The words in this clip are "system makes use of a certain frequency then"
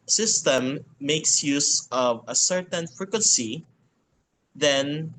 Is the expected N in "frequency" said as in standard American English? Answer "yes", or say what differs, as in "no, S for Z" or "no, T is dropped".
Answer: yes